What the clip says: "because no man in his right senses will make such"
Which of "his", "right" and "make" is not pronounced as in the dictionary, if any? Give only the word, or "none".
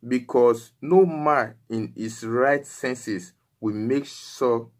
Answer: his